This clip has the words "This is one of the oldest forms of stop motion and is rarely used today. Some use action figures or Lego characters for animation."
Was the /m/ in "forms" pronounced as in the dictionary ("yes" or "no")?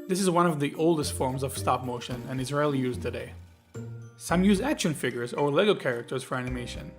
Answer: yes